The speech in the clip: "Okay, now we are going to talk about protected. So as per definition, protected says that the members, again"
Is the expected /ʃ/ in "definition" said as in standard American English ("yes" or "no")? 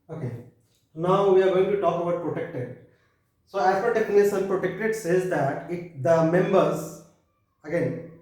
no